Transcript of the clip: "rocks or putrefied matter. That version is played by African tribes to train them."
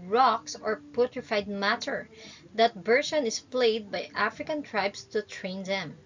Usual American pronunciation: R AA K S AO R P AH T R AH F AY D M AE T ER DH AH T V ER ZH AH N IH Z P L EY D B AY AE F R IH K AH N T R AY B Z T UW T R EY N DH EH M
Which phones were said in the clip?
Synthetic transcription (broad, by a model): R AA K S AO R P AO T R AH F AY D M AE T ER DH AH T B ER SH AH N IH S P L EY D B AY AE F R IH K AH N T R AY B S T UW T R EY N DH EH M